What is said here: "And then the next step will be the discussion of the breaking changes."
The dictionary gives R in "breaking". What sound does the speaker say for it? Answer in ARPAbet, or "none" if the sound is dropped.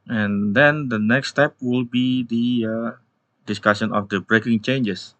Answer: R